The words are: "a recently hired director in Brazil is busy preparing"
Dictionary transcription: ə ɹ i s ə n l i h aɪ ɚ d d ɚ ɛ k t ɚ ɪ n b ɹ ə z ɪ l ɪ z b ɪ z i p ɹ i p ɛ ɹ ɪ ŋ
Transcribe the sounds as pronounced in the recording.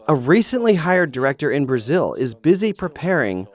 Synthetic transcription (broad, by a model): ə ɹ i s ə n l i h aɪ ɚ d d ɚ ɛ k t ɚ ɪ n b ɹ ə z ɪ l ɪ z b ɪ z i p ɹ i p ɛ ɹ ɪ ŋ